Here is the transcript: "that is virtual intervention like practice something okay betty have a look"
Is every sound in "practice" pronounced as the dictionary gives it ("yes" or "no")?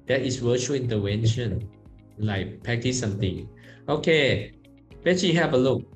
no